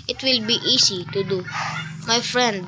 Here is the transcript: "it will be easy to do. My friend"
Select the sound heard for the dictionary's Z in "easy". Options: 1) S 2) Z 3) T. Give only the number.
1